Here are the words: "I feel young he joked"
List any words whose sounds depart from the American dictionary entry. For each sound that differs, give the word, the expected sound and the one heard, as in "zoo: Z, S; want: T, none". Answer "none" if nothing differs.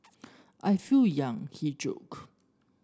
joked: T, none